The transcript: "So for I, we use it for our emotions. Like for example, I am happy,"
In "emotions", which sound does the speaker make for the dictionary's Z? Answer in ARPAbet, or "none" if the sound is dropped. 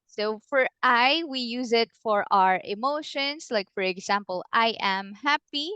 S